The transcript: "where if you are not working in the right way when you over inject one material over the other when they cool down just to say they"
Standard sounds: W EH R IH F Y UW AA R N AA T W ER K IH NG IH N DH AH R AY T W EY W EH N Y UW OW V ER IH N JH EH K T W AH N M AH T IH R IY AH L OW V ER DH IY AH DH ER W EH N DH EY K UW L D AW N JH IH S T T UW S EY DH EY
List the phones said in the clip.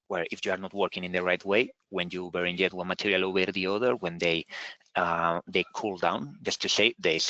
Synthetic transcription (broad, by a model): W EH R IH F Y UW AA R N AA T W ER K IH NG IH N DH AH R AY T W EY W EH N Y UW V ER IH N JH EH T W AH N M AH T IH R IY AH L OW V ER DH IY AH DH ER W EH N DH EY K UW L D AW N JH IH S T T UW S EY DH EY